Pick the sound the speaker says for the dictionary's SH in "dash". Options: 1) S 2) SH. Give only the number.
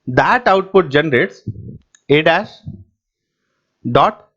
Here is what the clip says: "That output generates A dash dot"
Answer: 1